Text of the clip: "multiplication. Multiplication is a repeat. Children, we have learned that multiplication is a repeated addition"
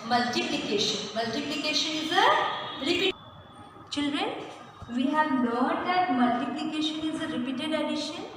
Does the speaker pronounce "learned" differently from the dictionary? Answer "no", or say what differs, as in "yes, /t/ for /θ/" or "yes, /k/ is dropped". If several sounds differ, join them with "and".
yes, /n/ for /l/